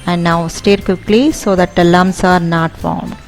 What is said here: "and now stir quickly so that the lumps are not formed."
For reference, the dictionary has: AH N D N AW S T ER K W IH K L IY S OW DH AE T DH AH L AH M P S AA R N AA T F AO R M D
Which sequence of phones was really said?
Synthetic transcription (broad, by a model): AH N D N AW S T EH K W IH K L IY S OW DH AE T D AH L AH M S AA R N AA T F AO R M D